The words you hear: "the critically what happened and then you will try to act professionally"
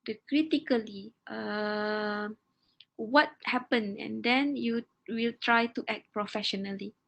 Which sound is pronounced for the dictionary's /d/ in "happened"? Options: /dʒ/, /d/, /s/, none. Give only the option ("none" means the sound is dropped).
none